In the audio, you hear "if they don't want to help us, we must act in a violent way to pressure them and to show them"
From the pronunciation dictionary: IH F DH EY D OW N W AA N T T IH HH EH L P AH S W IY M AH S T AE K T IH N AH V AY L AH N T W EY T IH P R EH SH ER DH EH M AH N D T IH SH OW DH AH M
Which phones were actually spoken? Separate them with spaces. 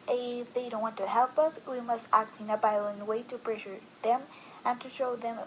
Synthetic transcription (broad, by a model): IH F DH EY D OW N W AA N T T IH HH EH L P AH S W IY M AH S T AE K T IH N AH B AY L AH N W EY T IH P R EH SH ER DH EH M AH N T IH SH OW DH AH M